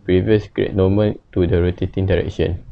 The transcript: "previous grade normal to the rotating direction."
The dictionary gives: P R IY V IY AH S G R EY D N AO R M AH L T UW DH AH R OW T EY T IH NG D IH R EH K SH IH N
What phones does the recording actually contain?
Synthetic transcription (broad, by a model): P R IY V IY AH S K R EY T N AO M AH N T UW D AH R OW T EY T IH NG D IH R EH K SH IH N